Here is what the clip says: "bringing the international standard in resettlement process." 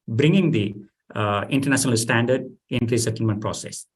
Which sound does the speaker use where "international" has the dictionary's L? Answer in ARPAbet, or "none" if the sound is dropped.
L